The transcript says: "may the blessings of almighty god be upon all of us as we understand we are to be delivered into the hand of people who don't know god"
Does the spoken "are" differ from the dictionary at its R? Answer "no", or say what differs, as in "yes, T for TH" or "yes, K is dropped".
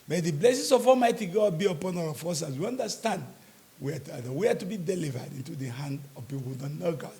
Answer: yes, W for R